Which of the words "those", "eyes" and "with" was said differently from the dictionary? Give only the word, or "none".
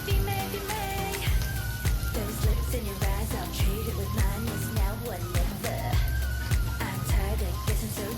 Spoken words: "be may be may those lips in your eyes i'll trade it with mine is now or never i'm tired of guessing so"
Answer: none